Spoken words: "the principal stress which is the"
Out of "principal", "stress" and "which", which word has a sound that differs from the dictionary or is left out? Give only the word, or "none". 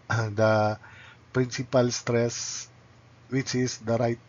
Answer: none